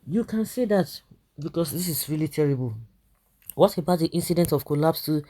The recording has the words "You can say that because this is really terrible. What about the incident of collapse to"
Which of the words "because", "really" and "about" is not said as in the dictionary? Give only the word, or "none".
because